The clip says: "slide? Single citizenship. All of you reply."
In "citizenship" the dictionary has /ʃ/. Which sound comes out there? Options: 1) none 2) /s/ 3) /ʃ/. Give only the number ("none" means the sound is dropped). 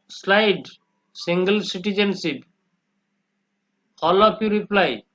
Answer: 2